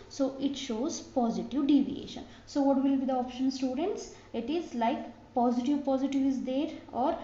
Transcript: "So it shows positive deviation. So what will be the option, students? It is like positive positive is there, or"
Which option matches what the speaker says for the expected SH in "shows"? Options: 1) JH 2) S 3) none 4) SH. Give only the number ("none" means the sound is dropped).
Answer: 4